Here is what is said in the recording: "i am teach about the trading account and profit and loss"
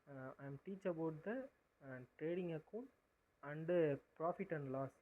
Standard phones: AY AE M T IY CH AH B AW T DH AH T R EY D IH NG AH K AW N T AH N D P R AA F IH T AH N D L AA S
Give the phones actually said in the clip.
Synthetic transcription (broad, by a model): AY M T IY CH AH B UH T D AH T R EY D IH NG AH K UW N AH N D P R AA F IH T AH N D L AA S